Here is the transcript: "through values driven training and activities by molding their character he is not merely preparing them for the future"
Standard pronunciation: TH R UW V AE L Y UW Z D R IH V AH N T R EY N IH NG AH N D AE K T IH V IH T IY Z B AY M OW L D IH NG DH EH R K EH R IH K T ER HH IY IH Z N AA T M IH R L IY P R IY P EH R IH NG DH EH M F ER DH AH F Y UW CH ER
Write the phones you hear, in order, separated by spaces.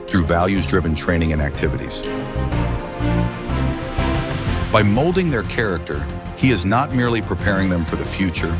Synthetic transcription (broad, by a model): TH R UW V AE L Y UW Z D R IH V AH N T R EY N IH NG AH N AE K T IH V IH T IY Z B AY M OW L D IH NG DH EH R K EH R IH K T ER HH IY IH Z N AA T M IH R L IY P R IY P EH R IH NG DH EH M F ER DH AH F Y UW CH ER